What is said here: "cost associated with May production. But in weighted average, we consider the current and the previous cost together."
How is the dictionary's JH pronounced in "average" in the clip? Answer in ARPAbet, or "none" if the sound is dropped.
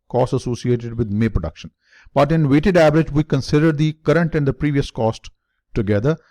JH